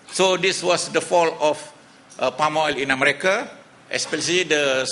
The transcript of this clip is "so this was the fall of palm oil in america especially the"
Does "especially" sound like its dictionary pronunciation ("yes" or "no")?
no